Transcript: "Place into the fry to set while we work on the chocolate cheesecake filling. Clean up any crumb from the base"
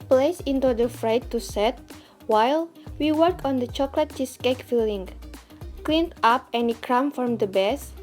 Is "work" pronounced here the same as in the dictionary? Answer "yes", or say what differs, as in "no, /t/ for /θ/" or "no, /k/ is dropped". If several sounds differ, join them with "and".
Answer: yes